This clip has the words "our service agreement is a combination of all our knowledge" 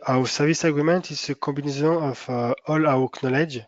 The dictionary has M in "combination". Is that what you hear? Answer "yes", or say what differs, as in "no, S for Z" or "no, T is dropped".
no, M is dropped